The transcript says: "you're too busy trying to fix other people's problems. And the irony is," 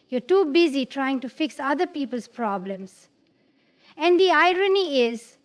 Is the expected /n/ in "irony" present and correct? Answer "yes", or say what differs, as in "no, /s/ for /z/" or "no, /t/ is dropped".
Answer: yes